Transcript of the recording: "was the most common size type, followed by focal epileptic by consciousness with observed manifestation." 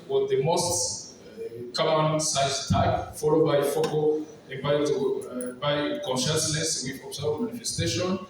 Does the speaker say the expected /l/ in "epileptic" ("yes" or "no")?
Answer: no